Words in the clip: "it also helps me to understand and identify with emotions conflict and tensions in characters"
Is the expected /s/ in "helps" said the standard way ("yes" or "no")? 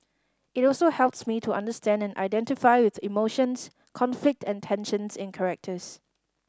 yes